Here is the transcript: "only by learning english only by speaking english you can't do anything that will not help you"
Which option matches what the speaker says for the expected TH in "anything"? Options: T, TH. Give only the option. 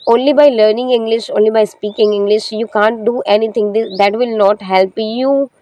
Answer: T